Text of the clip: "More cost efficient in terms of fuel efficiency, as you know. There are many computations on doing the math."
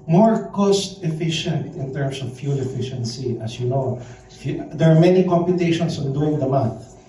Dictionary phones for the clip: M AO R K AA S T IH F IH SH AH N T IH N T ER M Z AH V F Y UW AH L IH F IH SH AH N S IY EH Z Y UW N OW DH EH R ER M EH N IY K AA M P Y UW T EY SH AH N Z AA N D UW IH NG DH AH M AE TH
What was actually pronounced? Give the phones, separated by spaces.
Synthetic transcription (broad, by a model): M AO R K AA S T IH F IH SH AH N T IH N T ER M S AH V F Y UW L IH F IH SH AH N S IY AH S Y UW N OW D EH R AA M EH N IY K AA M P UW T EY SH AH N S AA N D UW IH NG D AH M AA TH